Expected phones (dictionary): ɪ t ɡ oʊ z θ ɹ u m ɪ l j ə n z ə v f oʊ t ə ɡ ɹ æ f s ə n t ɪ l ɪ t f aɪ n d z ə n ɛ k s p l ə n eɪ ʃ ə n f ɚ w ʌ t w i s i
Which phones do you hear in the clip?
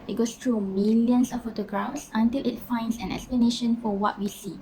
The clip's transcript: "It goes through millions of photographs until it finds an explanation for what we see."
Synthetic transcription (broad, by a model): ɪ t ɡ oʊ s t ɹ u m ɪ l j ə n s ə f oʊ t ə ɡ ɹ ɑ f s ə n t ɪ l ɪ t f aɪ n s ə n ɛ k s p l ə n eɪ ʃ ə n f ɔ w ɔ t w i s i